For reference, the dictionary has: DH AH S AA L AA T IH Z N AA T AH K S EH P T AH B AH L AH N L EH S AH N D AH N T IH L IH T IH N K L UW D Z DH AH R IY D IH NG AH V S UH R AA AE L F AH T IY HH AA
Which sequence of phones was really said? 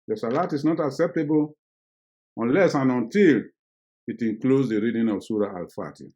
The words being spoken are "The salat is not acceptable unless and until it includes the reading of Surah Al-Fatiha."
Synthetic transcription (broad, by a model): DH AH S AA L AA T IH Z N AA T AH K S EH P T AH B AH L AH N L EH S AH N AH N T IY L IH T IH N K L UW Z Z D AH R IY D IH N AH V S UH R AA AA L F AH T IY